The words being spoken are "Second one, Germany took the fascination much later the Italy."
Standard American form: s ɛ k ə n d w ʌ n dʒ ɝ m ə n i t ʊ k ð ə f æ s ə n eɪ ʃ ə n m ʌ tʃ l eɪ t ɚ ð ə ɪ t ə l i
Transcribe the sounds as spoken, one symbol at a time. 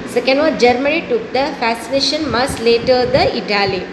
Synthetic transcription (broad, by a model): s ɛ k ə n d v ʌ dʒ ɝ m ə n i t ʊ k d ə f æ s ə n eɪ ʃ ə n m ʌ s l eɪ t ɚ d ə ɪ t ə l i